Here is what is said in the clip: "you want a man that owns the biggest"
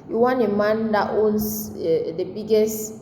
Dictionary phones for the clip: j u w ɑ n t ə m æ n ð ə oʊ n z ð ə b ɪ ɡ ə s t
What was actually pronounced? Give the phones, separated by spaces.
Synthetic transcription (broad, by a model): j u w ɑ n ə m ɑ n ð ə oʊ n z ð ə b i ɡ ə s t